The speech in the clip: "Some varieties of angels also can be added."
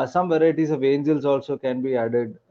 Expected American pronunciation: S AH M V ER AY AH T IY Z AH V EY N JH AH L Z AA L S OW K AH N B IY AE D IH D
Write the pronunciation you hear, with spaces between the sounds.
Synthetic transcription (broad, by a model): S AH M V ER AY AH T IY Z AH V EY N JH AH L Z AA L S OW K AH N B IY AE D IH D